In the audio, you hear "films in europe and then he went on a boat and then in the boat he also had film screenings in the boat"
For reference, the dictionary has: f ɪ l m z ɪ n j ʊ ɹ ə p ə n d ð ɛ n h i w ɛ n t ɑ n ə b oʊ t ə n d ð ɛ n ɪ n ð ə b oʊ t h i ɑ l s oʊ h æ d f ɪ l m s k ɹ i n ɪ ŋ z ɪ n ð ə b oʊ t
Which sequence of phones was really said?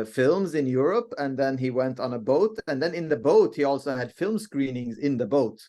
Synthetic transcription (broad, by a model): f ɪ l m z ɪ n j ʊ ɹ ə p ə n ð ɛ n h i w ɛ n t n ə b oʊ t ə n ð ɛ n ɪ n ð ə b oʊ t h i ɑ l s oʊ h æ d f ɪ l m s k ɹ i n ɪ ŋ z ɪ n ð ə b oʊ t